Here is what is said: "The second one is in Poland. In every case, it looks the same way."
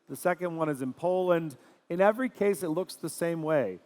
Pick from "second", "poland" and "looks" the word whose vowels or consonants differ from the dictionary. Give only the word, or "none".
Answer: none